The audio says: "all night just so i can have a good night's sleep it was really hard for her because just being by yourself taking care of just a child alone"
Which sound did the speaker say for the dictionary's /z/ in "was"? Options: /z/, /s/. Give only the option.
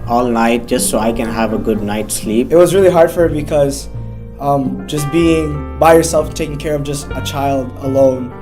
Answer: /z/